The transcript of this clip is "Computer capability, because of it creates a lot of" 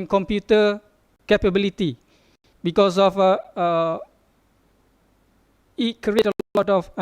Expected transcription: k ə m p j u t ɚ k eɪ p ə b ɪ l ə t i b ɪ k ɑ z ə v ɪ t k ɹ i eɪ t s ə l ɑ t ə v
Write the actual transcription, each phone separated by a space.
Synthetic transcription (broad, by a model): k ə m p j u t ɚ k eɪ p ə b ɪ l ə t i b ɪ k ɑ s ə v ɪ t k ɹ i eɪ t ə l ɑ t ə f